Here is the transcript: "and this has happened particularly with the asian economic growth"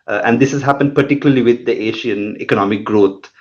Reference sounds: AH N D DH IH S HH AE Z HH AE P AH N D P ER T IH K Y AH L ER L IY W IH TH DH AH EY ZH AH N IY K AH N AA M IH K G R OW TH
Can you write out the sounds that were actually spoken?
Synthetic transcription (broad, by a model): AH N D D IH S HH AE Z HH AE P AH N D P ER T IH K Y AH L ER L IY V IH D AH EY SH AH N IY K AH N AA M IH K G R OW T